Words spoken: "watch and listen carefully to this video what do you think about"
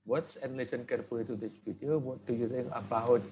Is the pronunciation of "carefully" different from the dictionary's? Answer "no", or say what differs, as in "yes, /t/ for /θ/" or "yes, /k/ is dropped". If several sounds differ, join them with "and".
yes, /p/ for /f/